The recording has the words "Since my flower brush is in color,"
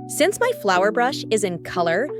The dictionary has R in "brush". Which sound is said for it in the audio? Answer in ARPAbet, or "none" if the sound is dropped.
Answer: R